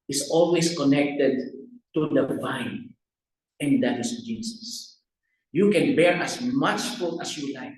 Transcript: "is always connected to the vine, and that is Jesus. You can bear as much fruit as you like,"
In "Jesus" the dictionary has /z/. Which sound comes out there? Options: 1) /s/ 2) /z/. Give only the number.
1